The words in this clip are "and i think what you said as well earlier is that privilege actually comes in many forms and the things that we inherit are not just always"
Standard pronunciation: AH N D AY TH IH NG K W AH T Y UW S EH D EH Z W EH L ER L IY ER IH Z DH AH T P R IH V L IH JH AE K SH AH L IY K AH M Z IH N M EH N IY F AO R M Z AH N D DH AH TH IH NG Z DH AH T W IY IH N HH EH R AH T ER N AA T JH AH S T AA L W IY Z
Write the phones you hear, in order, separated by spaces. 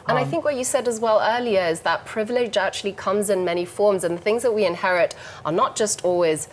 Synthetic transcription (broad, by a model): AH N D AY TH IH NG K W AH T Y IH S EH D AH Z W EH L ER L IY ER IH Z DH AH T P R IH V L IH JH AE K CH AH L IY K AH M Z IH N M EH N IY F AO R M Z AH N DH AH TH IH NG Z DH AH T W IY IH N HH EH R AH T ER N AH T JH AH S T AA L W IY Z